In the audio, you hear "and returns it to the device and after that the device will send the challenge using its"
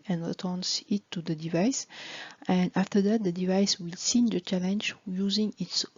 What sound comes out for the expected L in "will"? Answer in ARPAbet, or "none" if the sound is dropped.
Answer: L